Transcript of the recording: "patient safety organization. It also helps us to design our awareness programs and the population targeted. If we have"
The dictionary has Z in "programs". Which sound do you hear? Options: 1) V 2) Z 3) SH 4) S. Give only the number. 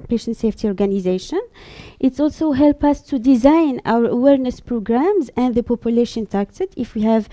2